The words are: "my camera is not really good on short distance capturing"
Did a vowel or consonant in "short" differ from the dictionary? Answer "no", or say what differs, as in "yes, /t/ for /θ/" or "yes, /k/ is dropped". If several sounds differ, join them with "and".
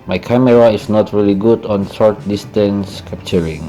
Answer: yes, /s/ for /ʃ/